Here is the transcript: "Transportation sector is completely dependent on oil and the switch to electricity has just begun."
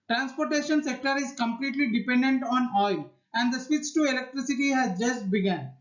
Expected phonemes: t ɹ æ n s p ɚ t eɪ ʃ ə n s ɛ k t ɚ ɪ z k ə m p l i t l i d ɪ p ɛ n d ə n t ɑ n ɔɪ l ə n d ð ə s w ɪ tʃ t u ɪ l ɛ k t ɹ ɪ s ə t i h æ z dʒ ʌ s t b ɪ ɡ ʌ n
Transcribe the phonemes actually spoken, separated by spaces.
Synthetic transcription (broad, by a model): t ɹ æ n s p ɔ t eɪ ʃ ə n s ɛ k t ɚ ɪ z k ə m p l i t l i d ɪ p ɛ n d ə n t ɑ n ɔɪ l ə n d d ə s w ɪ s t u ɪ l ɛ k t ɹ ɪ s ə t i h æ z dʒ ʌ s t b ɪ ɡ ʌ n